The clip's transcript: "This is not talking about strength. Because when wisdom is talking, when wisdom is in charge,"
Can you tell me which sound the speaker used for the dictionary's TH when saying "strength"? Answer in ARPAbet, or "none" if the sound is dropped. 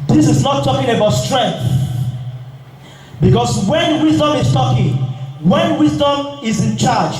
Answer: TH